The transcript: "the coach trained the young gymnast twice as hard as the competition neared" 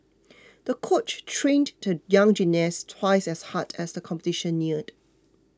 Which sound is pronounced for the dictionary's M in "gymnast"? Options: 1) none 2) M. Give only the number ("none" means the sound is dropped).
1